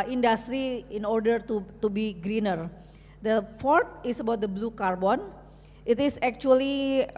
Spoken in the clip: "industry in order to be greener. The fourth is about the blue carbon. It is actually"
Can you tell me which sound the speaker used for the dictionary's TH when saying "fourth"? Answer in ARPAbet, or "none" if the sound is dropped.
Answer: T